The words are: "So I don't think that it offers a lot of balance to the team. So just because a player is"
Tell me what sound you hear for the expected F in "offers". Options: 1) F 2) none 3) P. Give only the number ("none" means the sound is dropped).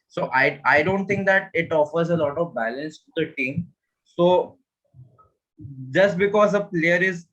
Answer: 1